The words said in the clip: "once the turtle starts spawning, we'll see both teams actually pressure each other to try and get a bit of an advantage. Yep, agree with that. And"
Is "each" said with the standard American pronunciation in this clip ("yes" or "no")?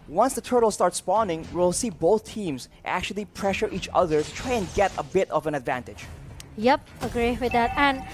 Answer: yes